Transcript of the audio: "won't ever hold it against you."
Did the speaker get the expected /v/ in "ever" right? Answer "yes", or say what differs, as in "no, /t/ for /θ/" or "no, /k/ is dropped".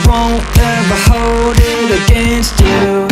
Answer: no, /b/ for /v/